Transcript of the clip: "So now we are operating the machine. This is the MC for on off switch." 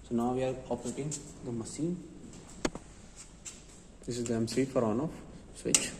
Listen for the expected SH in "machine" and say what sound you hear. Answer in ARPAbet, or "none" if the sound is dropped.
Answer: S